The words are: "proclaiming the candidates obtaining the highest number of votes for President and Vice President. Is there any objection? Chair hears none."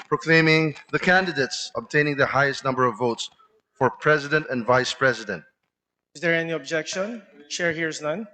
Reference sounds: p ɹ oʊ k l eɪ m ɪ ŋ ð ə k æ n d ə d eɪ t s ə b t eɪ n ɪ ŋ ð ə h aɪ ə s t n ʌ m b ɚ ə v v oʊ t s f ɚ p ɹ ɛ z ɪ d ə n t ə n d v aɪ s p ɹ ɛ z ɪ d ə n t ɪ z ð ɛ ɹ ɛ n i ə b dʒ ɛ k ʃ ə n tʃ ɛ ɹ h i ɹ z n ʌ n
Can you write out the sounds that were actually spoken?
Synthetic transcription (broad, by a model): p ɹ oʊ k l eɪ m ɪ ŋ ð ə k æ n d ə d eɪ t s ə b t eɪ n ɪ ŋ ð ə h aɪ ə s t n ʌ m b ɚ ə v v oʊ t s f ɚ p ɹ ɛ z ɪ d ə n t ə n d v aɪ s p ɹ ɛ z ɪ d ə n t ɪ z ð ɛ ɹ ɛ n i ə b dʒ ɛ k ʃ ə n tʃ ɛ ɹ h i ɹ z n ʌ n